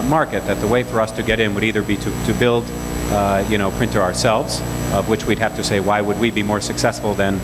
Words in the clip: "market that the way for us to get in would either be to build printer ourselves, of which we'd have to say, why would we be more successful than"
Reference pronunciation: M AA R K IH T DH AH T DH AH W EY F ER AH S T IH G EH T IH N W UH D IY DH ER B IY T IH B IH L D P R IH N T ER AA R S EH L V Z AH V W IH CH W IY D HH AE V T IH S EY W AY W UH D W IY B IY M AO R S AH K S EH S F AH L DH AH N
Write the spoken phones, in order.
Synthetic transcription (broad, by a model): M AA R K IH T DH AH T DH AH W EY F ER AH S T IH G EH T IH N W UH D IY DH ER B IY T IH B IH L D P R IH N T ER AA R S EH L V Z AH V W IH CH W IY D HH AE F T IH S EY W AY W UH D W IY B IY M AO R S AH K S EH S F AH L DH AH N